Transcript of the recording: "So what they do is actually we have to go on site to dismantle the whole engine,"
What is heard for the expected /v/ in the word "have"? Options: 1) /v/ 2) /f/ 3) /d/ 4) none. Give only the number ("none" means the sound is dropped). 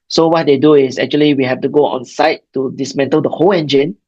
2